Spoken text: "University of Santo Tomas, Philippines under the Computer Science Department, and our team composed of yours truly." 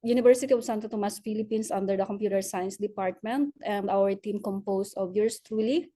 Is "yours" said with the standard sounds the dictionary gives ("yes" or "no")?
no